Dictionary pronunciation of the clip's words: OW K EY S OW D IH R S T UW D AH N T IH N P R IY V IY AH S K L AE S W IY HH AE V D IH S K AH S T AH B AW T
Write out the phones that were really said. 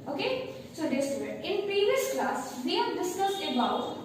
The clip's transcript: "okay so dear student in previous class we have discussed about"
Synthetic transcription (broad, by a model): OW K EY S OW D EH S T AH T IH N P R IY V IY AH S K L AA S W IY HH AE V D IH S K AH S T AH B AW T